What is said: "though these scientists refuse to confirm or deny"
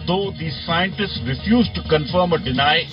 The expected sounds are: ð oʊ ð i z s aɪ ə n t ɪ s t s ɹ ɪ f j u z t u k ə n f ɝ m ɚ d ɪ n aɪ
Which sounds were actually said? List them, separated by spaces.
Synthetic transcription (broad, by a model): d oʊ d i s aɪ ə n t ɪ s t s ɹ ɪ f j u z t u k ə n f ɝ m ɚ d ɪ n aɪ